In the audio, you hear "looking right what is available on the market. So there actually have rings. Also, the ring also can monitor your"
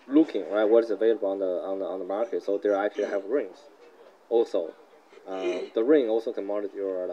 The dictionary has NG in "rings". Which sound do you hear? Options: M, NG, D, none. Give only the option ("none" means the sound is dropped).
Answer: NG